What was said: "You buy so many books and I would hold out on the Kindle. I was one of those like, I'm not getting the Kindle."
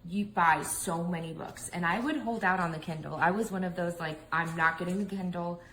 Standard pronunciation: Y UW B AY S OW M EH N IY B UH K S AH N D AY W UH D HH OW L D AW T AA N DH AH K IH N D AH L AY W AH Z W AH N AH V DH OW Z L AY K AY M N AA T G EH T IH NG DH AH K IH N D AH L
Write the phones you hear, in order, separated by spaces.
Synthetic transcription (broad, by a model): Y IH B AY S OW M EH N IY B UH K S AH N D AY W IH D HH OW L D AW T N DH AH K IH N D L AY W AH Z W AH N AH V DH OW Z L AY K AY M N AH T G EH T IH NG DH AH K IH N D L